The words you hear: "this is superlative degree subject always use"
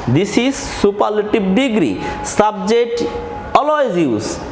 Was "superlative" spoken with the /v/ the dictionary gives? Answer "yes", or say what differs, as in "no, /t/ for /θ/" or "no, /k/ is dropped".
no, /b/ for /v/